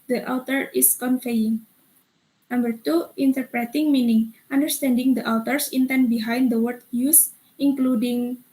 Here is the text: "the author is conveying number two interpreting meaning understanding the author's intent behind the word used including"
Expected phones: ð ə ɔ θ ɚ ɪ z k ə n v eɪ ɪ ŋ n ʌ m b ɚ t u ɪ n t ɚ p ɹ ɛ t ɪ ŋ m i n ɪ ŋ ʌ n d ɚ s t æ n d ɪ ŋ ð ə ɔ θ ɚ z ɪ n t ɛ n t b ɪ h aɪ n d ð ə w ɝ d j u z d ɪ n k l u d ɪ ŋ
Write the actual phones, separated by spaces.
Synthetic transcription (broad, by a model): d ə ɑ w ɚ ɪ s k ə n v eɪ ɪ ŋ n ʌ m b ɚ t u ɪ n t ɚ p ɹ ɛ t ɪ ŋ m i n ɪ ŋ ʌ n d ɚ s t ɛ n d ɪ ŋ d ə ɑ t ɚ s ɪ n t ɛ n b ɪ h aɪ n d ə w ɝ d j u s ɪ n k l u d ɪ ŋ